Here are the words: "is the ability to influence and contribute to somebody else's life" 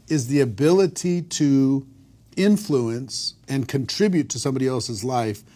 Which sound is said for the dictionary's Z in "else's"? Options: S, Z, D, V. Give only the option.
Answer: Z